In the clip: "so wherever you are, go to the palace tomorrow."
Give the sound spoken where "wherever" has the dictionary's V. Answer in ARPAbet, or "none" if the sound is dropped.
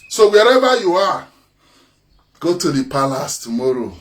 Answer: B